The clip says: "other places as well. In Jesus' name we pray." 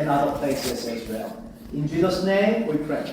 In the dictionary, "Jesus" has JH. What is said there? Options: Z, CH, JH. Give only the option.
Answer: JH